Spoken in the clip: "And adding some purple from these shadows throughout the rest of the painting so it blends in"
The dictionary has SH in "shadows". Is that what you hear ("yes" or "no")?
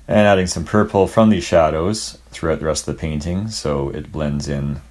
yes